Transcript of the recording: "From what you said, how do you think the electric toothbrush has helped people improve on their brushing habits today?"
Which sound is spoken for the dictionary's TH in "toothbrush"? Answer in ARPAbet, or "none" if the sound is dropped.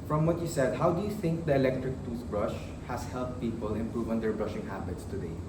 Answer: S